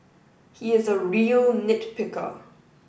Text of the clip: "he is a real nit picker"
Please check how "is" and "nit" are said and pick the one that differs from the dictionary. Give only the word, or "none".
none